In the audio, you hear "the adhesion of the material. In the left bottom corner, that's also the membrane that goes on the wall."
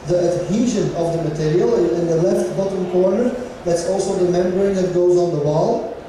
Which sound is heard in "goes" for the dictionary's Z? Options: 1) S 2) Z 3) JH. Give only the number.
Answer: 2